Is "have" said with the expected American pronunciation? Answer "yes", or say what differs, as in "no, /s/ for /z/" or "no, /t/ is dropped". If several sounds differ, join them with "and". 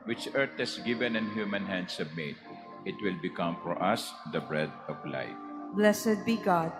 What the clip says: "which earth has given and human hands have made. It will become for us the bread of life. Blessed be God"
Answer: no, /b/ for /v/